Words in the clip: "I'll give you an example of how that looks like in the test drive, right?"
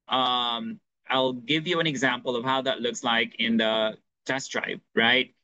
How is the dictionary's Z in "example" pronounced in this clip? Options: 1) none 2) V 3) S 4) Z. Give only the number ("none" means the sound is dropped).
4